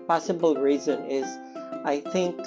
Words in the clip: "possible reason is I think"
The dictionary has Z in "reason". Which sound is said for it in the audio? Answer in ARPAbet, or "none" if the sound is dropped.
Z